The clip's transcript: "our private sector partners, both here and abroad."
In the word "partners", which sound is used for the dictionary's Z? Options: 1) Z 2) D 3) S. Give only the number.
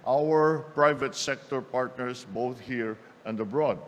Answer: 3